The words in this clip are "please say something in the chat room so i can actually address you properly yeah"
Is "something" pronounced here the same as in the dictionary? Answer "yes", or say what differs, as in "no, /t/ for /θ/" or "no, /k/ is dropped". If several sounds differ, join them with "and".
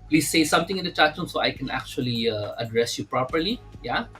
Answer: no, /t/ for /θ/